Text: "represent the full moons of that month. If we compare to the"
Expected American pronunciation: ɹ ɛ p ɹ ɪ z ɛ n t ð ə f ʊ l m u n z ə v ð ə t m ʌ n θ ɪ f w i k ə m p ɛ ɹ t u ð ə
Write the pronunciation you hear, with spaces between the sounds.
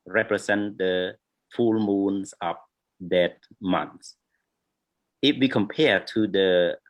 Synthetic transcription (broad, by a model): ɹ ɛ p ɹ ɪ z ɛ n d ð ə f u l m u n s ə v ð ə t m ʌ n s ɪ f w i k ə m p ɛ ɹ t u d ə